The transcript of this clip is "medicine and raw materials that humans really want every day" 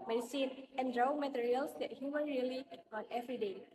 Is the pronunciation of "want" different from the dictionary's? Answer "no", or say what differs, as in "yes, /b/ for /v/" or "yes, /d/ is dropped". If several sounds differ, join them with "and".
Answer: yes, /t/ is dropped